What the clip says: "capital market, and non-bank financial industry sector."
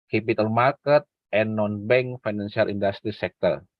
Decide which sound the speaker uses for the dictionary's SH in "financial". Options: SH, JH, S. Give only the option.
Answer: S